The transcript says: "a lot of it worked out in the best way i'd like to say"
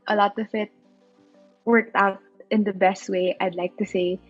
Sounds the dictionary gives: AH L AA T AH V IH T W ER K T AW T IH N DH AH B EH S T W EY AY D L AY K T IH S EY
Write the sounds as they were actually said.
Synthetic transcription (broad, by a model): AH L AA T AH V IH T W ER K T AW T IH N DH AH B EH S T W EY AY D L AY K T IH S EY